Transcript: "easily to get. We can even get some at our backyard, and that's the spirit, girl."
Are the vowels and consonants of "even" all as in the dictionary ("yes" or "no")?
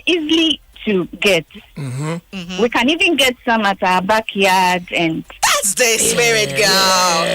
yes